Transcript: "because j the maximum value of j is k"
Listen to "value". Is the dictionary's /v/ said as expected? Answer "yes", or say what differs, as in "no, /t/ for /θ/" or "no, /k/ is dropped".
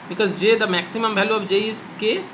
no, /b/ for /v/